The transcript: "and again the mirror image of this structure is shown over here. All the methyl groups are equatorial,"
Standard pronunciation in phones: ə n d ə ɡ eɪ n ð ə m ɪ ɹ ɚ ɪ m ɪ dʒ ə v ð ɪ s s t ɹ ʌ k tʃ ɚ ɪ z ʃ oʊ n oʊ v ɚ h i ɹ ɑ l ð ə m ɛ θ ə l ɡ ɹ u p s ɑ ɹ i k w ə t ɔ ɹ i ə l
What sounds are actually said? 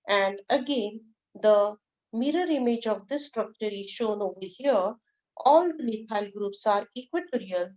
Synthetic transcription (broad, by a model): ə n d ə ɡ eɪ n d ə m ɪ ɹ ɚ ɪ m ɪ dʒ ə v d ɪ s s t ɹ ʌ k tʃ ɚ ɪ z ʃ oʊ n oʊ v ɚ h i ɹ ɑ l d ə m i t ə l ɡ ɹ u p s ɑ ɹ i k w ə t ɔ ɹ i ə l